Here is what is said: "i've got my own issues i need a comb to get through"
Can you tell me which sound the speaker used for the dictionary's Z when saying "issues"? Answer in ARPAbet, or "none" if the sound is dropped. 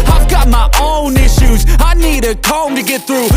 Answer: Z